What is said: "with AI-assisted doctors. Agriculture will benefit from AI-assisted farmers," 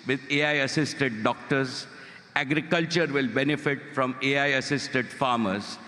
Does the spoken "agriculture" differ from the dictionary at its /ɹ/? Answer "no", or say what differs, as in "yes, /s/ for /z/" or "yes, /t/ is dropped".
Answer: no